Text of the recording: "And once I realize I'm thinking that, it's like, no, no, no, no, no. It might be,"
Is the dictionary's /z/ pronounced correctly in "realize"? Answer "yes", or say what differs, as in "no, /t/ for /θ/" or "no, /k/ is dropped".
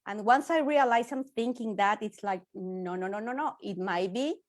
no, /s/ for /z/